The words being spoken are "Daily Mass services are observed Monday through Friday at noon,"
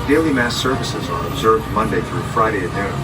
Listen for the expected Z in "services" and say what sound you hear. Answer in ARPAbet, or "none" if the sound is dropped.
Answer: Z